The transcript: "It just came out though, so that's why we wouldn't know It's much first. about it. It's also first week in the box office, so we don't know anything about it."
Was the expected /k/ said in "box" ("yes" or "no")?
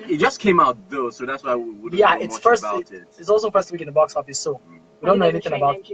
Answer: yes